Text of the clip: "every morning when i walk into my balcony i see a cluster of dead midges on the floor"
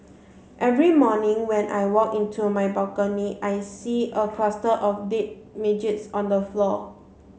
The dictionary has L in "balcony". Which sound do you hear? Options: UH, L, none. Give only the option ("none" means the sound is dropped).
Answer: none